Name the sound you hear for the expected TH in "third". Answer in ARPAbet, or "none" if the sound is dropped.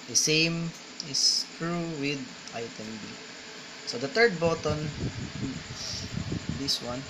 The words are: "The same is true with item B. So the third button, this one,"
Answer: T